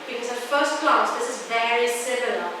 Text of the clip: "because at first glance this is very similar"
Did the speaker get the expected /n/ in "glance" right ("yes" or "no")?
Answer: no